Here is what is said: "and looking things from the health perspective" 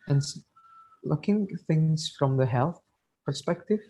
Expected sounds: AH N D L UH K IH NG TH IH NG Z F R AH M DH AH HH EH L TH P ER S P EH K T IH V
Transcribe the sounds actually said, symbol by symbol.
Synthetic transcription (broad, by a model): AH N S L UH K IH NG TH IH NG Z F R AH M DH AH HH EH L TH P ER S P EH K T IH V